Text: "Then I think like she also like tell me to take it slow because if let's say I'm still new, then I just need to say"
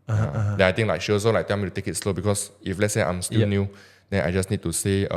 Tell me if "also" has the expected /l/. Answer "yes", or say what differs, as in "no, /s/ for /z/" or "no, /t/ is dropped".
no, /l/ is dropped